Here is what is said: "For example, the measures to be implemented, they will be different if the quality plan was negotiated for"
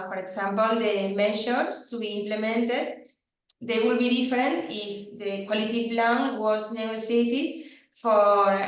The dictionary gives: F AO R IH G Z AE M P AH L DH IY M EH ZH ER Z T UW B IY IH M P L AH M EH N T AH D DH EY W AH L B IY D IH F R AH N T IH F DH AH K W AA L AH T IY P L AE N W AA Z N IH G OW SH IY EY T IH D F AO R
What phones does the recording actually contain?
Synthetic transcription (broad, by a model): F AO R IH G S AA M P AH L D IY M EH SH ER S T UW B IY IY M P L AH M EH N T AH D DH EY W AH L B IY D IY F R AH N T IH F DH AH K W AA L AH T IY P L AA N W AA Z N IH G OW S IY EY T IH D F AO R